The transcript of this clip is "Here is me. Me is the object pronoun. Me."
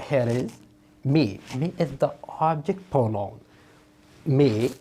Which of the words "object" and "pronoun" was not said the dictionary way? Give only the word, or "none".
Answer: pronoun